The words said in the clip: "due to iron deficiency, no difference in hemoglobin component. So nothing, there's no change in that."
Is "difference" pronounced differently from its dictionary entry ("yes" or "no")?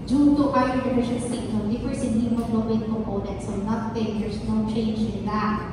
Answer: yes